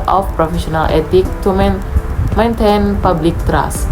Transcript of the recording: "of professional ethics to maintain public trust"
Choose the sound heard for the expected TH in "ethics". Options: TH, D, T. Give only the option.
T